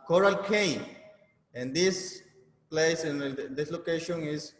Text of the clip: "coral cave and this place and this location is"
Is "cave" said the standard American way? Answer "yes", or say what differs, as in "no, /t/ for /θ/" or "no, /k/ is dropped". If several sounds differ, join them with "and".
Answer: no, /v/ is dropped